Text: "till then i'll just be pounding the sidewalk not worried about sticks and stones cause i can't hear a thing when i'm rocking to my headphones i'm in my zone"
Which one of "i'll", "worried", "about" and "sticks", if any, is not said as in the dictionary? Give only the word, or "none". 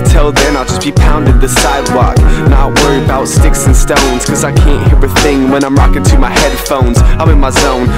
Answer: worried